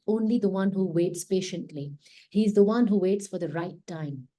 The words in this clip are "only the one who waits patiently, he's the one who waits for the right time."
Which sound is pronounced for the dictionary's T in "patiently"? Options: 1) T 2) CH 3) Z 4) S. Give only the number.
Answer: 1